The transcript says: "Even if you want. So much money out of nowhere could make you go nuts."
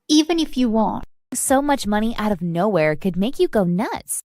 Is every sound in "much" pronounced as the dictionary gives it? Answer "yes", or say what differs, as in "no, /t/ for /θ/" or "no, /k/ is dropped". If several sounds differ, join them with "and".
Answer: yes